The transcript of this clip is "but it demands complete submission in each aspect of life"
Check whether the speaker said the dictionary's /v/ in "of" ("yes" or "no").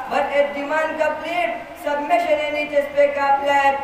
no